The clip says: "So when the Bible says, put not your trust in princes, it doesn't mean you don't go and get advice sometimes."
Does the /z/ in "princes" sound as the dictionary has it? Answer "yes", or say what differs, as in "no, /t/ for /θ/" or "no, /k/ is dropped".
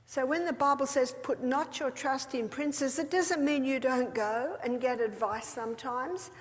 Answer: yes